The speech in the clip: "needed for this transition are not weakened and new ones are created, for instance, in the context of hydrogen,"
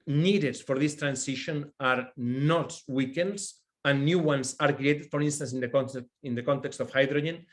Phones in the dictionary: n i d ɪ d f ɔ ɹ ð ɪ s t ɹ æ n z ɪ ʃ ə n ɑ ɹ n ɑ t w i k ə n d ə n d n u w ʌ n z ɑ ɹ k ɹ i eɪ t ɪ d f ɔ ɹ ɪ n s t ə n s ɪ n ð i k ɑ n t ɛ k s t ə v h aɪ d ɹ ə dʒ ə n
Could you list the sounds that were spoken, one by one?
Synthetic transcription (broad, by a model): n i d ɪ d f ɔ ɹ ð ɪ s t ɹ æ n s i ʃ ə n ɑ ɹ n ɑ t w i k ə n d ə n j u w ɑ n s ɑ ɹ k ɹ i eɪ t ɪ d f ɔ ɹ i n s t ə n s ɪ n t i k ɑ n t ɛ k s t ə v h aɪ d ɹ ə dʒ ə n